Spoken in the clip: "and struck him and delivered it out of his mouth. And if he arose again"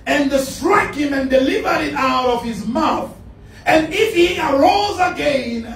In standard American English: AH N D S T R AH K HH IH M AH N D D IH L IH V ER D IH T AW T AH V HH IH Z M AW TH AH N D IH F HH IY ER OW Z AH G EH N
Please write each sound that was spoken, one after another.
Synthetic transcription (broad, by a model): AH N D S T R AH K HH IH M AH N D D IH L IH V ER D IH T AW T AH V HH IH Z M AW TH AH N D IH F HH IY ER OW Z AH G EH N